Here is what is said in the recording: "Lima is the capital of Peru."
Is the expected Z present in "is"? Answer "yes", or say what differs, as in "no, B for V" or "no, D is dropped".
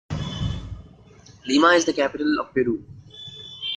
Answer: yes